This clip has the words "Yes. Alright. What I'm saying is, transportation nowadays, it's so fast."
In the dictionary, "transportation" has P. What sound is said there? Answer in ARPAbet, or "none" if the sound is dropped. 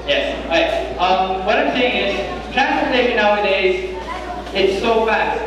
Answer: none